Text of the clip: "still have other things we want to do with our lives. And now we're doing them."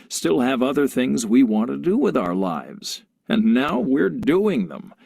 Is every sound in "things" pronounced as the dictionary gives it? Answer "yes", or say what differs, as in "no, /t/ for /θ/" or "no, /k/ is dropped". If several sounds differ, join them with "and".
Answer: yes